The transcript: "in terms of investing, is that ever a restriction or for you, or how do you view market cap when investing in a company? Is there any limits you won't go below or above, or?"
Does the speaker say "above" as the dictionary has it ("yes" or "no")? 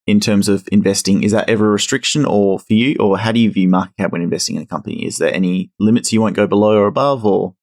yes